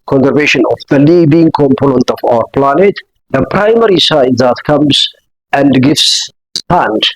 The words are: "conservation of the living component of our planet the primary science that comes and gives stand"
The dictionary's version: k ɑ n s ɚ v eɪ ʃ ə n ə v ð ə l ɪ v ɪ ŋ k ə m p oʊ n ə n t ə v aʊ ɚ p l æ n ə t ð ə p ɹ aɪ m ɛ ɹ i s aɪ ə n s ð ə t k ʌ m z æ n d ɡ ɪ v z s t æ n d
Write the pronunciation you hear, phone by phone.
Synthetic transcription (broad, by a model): k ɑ n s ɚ v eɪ ʃ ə n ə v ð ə l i b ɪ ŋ k ə m p oʊ n ə n t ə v aʊ ɚ p l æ n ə t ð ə p ɹ aɪ m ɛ ɹ i s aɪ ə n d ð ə t k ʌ m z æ n d ɡ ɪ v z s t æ n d